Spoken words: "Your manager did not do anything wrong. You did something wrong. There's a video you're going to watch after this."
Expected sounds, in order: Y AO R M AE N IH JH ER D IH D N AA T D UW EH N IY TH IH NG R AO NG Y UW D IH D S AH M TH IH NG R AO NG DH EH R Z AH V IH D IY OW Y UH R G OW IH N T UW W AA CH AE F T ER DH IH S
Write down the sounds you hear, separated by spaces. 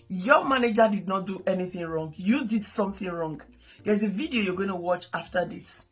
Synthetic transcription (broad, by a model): Y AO M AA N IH JH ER D IH D N AA T D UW EH N IY TH IH NG R AO NG Y UW D IH D S AH M TH IH NG R AO NG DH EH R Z AH V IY D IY OW Y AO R G OW IH N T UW W AA CH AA F T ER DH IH S